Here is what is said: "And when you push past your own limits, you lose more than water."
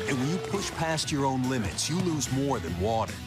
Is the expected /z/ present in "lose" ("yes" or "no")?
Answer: yes